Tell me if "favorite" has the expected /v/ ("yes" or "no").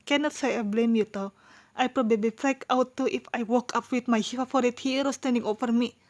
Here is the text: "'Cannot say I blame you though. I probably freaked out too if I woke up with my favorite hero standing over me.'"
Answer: no